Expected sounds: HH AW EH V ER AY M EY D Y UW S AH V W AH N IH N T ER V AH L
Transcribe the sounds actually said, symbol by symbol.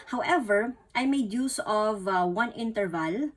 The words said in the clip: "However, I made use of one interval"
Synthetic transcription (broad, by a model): HH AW EH V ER AY M EY D Y UW S AH V W AH N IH N T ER V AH L